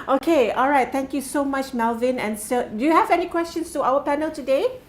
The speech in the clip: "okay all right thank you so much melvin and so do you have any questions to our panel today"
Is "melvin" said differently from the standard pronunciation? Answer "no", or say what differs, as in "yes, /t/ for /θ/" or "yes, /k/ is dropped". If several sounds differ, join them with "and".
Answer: no